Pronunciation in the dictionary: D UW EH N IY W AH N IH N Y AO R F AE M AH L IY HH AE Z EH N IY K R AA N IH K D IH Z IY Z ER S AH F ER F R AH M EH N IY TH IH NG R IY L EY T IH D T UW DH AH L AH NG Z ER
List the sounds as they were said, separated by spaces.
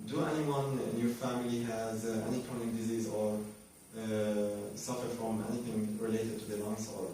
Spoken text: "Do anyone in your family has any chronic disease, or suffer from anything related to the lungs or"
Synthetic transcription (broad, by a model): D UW EH N IY W AH N IH N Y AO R F AE M AH L IY HH AE Z EH N IY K AA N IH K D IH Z IY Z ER S AH F ER F R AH M EH N IY TH IH NG R IY L EY T IH D T UW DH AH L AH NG S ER